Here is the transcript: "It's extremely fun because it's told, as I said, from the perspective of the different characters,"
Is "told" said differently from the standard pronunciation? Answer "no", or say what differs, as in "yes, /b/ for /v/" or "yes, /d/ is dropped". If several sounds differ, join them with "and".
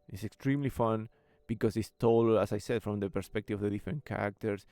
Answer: yes, /d/ is dropped